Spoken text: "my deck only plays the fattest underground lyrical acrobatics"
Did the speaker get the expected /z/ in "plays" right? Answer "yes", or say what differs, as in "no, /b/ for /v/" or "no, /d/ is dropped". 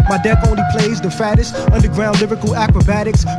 yes